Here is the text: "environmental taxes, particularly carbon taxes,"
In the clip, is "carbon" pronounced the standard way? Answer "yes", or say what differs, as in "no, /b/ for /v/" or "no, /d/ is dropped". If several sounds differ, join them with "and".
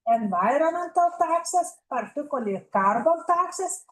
no, /l/ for /n/